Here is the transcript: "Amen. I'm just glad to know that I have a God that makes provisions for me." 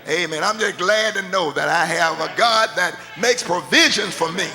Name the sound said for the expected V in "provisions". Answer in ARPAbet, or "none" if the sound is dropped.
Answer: V